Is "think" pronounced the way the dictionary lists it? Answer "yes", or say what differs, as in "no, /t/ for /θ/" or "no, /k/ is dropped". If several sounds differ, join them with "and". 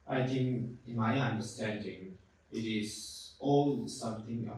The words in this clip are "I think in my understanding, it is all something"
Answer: no, /t/ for /θ/